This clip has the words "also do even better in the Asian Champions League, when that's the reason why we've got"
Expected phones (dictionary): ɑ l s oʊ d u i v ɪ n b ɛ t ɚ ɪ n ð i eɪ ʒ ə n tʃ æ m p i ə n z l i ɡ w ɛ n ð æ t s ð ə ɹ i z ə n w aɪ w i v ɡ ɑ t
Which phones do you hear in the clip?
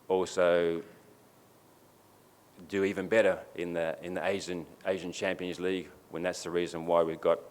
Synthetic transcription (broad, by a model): ɑ l s oʊ d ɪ i v ɪ n b ɛ t ɚ ɪ n ð i eɪ ʒ ə n tʃ æ m p i ə n z l i ɡ w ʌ n ð æ t s ð ə ɹ i z ə n w aɪ w i v ɡ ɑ t